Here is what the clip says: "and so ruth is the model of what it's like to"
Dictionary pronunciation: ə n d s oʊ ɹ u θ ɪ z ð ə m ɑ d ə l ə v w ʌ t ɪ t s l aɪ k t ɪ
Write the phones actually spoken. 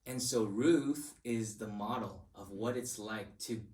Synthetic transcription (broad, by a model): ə n s oʊ ɹ u θ ɪ z ð ə m ɑ d l ə v w ʌ t ɪ t s l aɪ k t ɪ